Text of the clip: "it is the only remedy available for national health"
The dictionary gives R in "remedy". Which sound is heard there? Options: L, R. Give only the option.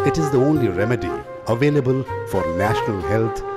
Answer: R